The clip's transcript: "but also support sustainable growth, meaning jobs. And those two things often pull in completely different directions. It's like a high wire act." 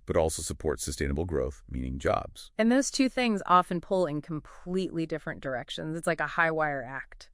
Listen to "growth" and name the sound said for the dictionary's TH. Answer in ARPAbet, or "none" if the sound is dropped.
TH